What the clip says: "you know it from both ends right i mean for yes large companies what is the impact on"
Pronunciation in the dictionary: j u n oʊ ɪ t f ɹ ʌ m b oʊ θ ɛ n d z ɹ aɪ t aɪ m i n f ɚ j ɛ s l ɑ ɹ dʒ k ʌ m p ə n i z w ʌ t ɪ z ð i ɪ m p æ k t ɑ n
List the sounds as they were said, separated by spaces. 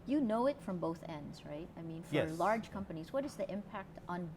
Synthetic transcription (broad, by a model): j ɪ n oʊ ɪ t f ɹ ʌ m b oʊ θ ɛ n d z ɹ aɪ t aɪ m i n f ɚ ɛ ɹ l ɑ ɹ dʒ k ʌ m p ə n i z w ʌ t ɪ z ð i ɪ m p æ k t n